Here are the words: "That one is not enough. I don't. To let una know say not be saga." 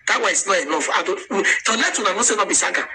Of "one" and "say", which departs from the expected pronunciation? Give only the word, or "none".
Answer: one